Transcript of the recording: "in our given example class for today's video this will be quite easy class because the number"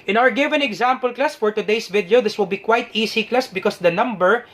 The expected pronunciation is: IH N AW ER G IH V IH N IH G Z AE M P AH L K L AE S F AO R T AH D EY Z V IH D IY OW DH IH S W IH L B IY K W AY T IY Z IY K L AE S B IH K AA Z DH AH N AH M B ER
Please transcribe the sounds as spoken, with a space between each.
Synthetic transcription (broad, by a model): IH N AW ER G IH V IH N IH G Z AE M P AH L K L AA S F AO R T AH D EY S V IH D IY OW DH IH S W IH L B IY K W AY T IY S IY K L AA S B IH K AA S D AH N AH M B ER